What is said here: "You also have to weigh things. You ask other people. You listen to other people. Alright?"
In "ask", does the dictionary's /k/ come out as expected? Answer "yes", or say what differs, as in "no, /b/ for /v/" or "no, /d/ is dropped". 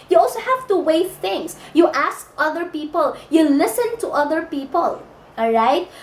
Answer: yes